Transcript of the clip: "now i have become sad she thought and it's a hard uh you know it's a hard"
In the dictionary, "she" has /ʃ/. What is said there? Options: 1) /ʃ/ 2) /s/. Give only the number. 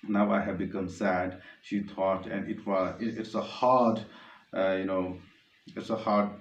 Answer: 1